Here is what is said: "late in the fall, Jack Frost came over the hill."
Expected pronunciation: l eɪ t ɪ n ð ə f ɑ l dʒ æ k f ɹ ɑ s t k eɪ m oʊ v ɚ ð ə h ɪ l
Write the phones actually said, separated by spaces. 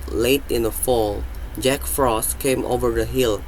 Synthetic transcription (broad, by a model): l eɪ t ɪ n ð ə f ɑ l dʒ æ k f ɹ ɑ s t k eɪ m oʊ v ɚ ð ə h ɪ l